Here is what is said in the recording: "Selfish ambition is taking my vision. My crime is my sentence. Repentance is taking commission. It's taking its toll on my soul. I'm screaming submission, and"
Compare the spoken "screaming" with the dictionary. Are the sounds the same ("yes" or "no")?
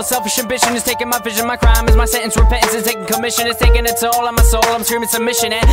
no